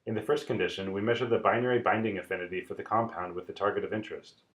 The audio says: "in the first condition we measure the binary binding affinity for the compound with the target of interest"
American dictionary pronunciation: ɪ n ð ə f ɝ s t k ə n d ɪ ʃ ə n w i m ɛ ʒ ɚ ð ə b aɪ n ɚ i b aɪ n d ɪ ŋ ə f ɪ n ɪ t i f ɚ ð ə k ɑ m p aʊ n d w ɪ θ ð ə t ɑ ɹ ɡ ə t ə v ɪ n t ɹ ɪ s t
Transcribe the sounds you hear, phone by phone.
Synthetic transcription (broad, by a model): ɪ n ð ə f ɝ s t k ə n d ɪ ʃ ə n w i m ɛ ʒ ɚ ð ə b aɪ n ɚ i b aɪ n d ɪ ŋ ə f ɪ n ɪ t i f ɚ ð ə k ɑ m p aʊ n d w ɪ ð ə t ɑ ɹ ɡ ə t ə v ɪ n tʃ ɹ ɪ s t